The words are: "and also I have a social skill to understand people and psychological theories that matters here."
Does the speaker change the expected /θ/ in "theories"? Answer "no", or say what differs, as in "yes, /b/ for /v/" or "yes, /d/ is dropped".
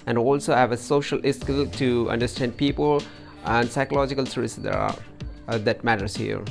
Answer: yes, /s/ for /θ/